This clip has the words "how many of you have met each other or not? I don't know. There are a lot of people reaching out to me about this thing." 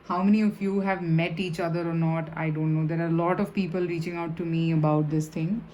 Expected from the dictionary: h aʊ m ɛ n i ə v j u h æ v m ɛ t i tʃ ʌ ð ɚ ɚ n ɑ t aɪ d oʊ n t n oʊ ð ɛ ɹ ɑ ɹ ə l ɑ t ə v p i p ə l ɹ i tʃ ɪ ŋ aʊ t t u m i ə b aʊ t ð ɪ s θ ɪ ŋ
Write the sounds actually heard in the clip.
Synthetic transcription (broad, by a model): h aʊ m ɛ n i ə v j u h æ v m ɛ t i tʃ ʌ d ɚ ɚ n ɑ t aɪ d oʊ n t n oʊ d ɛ ɹ ɑ ɹ l ɑ t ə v p i p ə l ɹ i tʃ ɪ ŋ aʊ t t u m i ə b aʊ t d ɪ s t ɪ ŋ